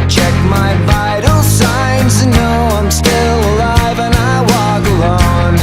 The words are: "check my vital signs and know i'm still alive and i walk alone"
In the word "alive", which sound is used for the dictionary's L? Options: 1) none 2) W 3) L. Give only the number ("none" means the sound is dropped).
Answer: 3